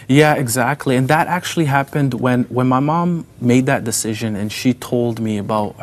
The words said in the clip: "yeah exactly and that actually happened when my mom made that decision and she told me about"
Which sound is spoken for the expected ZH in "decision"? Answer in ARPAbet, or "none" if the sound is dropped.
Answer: ZH